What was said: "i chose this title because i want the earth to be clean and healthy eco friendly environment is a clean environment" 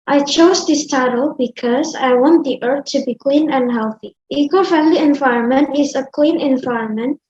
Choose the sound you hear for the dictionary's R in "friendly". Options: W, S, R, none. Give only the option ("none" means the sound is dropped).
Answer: none